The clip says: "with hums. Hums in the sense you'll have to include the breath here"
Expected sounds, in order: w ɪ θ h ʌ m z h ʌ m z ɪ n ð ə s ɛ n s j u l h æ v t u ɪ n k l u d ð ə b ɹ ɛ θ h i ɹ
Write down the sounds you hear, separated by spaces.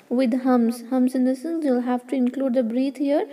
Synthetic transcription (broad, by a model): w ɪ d h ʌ m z h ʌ m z ɪ n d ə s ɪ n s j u l h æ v t u ɪ n k l u d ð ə b ɹ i t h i ɹ